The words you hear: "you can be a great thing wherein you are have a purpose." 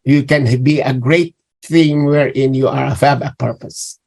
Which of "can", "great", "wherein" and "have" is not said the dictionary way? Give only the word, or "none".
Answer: have